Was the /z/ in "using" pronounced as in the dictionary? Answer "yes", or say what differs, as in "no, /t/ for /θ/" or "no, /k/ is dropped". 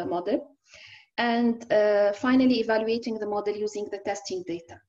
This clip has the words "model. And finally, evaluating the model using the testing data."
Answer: yes